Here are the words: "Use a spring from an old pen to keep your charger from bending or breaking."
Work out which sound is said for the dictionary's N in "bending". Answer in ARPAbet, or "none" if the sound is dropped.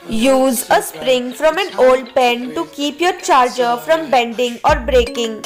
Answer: N